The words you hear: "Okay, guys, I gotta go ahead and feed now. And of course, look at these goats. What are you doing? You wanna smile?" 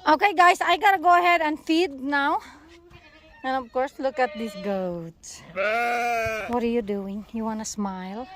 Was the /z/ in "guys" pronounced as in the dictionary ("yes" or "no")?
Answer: no